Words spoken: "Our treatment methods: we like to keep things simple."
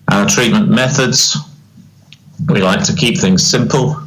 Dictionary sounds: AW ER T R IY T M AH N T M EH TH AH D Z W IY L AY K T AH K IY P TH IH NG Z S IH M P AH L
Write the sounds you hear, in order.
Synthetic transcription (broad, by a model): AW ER T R IY T M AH N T M EH TH AH D Z W IY L AY K T AH K IY P TH IH NG Z S IH M P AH L